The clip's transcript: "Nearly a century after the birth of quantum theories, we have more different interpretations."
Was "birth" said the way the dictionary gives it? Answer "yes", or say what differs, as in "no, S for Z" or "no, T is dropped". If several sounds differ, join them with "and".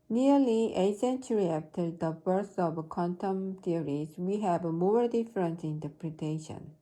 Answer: no, S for TH